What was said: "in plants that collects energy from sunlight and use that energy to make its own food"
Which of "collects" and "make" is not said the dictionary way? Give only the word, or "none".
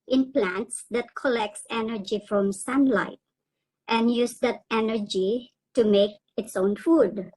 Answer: none